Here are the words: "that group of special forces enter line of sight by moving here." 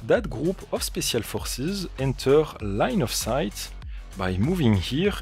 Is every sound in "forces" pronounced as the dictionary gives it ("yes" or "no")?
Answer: yes